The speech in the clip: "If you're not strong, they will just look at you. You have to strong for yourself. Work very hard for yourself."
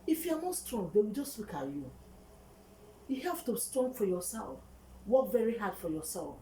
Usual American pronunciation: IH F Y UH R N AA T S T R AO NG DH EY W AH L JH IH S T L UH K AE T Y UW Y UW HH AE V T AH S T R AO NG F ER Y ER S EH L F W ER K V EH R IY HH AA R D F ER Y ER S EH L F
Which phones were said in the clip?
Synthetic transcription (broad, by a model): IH F Y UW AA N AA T S T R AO NG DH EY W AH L JH IH S T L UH K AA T Y UW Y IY HH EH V T AH S T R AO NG F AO Y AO S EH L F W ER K V EH R IY HH AA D F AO Y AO S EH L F